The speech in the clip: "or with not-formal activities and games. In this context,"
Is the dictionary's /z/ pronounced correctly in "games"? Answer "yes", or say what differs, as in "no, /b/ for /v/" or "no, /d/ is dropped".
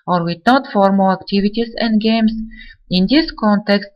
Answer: no, /s/ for /z/